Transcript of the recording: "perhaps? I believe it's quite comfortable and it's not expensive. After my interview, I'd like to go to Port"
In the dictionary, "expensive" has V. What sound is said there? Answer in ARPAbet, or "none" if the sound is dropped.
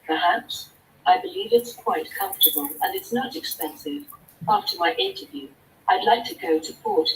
V